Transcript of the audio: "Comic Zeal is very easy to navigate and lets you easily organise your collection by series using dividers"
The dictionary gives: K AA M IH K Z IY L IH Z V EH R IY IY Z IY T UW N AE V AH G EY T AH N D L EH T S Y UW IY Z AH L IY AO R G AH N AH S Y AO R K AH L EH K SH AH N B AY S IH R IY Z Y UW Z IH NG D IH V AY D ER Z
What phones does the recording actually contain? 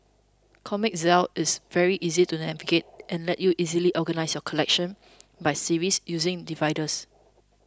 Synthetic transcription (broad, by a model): K AA M IH K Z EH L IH S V EH R IY IY Z IY T UW N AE V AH G EY T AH N L EH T Y UW IY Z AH L IY AO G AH N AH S Y AO K AH L EH K SH AH N B AY S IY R IY S Y UW Z IH NG D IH V AY D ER S